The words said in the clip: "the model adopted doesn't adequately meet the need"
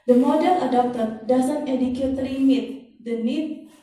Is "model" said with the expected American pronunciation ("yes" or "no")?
no